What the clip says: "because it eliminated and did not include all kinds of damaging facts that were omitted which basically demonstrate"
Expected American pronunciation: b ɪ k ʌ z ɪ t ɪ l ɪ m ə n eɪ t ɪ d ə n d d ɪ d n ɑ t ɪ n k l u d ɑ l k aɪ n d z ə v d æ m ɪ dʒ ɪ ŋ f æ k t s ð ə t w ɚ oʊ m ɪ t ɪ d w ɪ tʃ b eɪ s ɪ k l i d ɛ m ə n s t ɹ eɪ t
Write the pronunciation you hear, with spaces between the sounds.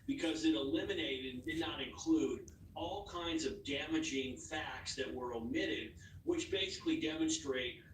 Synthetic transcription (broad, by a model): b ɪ k ʌ z ɪ t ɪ l ɪ m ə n eɪ ɪ d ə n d d ɪ d n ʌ t ɪ n k l u d ɑ l k aɪ n d z ə v d æ m ɪ dʒ ɪ ŋ f æ k t s ð ə t w ɚ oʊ m ɪ t ɪ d w ɪ tʃ b eɪ s ɪ k l i d ɛ m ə n s t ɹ eɪ t